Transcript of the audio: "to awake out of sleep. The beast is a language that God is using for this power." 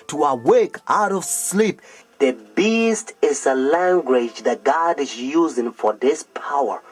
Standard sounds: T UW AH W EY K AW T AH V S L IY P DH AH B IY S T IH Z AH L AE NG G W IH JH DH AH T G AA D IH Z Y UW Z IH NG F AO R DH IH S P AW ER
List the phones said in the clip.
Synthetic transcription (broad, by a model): T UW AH W EY K AW T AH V S L IY P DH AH B IY S T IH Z AH L AE NG G W IH JH DH AH T G AA D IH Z Y UW Z IH NG F AO R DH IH S P AW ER